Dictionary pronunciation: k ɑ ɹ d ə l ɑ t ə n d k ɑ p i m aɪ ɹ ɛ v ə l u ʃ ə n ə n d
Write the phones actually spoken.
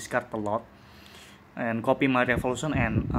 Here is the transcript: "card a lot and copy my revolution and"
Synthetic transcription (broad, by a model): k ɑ ɹ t ə l ɑ t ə n k ɑ p i m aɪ ɹ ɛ f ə l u s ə n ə n